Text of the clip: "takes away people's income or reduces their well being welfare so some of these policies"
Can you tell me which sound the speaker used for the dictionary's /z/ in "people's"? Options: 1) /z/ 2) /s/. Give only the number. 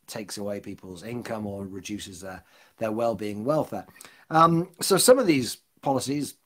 1